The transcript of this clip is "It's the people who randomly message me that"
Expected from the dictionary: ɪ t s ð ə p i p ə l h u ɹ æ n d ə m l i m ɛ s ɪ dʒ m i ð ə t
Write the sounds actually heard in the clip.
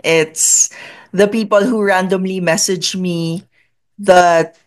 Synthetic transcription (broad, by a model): ɪ t s ð ə p i p ə l h u ɹ æ n d ə m l i m ɛ s ɪ dʒ m i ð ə t